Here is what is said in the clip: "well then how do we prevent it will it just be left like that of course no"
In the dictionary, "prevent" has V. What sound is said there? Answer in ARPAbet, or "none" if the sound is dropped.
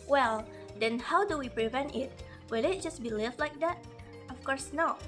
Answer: V